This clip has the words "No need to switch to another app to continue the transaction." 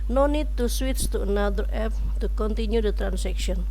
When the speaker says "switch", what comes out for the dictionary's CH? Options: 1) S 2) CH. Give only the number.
1